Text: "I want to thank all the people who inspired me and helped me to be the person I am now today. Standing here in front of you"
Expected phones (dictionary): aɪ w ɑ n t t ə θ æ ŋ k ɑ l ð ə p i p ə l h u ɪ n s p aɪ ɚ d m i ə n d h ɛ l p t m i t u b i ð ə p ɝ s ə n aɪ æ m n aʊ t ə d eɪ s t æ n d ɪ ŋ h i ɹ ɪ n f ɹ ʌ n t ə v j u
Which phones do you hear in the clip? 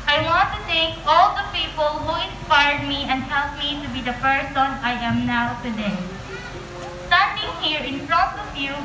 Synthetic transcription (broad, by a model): aɪ w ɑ n t t ə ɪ k ɑ l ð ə p i p ə l h u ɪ n s p aɪ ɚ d m i ə n d h ɛ l p m i t u b i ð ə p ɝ s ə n aɪ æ m n aʊ t ə d eɪ s t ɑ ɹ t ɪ ŋ h i ɹ ɪ n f ɹ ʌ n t ə v j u